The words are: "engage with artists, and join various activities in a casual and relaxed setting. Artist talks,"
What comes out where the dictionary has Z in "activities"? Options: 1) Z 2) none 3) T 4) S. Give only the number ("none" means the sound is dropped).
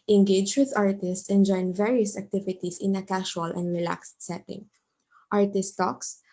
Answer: 4